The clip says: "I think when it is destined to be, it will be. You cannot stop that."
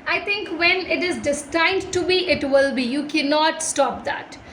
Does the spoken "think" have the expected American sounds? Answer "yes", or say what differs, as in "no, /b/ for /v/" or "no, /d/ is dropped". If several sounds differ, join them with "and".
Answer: no, /t/ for /θ/